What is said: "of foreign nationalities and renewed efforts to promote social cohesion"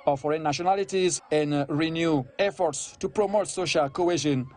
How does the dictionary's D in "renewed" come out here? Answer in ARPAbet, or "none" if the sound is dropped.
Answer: none